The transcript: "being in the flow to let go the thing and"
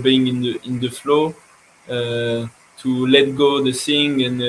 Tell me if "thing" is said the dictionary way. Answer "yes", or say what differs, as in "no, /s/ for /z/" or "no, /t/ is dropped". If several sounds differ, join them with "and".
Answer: no, /s/ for /θ/